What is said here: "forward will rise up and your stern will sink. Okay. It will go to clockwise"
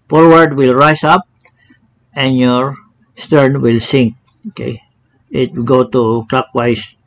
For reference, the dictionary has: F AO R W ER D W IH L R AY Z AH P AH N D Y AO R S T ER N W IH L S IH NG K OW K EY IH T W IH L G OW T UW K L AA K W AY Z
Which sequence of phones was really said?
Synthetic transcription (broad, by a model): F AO R W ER D W IH L R AY S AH P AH N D Y AO R S T ER N W IH L S IH NG K OW K EY IH T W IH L G OW T UW K L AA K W AY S